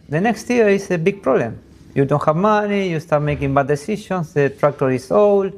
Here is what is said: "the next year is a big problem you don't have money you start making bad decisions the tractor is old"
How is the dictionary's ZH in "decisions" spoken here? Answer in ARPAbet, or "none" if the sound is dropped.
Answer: SH